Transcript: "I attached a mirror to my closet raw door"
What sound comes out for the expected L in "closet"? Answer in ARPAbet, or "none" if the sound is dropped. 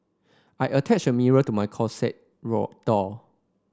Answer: none